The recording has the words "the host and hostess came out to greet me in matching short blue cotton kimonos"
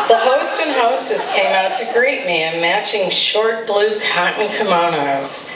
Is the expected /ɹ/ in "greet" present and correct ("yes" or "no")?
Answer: yes